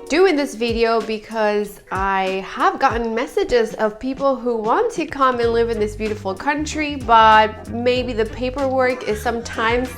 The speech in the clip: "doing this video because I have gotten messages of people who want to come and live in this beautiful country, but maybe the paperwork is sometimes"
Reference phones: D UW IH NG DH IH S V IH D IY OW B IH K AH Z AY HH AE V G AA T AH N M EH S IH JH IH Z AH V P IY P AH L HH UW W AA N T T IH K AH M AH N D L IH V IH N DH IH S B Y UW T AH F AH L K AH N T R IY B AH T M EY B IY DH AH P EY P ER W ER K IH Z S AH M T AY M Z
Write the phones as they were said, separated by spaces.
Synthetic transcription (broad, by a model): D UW IH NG DH IH S V IH D IY OW B IH K AH Z AY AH V G AA T N M EH S IH JH IH Z AH V P IY P L HH UW W AA N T T IH K AH M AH N L IH V IH N DH IH S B Y UW T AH F L K AH N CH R IY B AH T M EY B IY DH AH P EY P ER W ER K IH Z S AH M T AY M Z